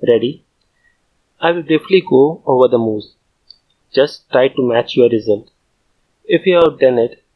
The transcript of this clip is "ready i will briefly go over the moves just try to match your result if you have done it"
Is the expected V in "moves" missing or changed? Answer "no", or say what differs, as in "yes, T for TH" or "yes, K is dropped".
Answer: yes, V is dropped